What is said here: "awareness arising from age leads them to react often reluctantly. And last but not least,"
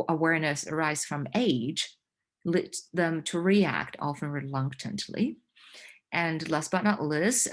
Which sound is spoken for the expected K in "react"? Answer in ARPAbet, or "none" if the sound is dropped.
K